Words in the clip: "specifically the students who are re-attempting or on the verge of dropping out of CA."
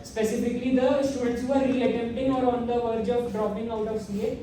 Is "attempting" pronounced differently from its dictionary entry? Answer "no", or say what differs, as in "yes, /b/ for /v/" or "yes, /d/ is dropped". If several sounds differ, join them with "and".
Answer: yes, /p/ is dropped